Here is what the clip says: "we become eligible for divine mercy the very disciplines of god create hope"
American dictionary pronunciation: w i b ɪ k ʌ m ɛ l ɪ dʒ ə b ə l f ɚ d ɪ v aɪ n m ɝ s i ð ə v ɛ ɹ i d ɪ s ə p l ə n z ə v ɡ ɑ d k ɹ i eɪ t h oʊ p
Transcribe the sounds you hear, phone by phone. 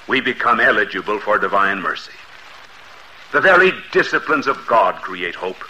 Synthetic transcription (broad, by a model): w i b ɪ k ʌ m ɛ l ɪ dʒ ə b ə l f ɚ d ɪ v aɪ n m ɝ s i ð ə v ɛ ɹ i d ɪ s ə p l ə n z ə v ɡ ɑ d k ɹ i eɪ t h oʊ p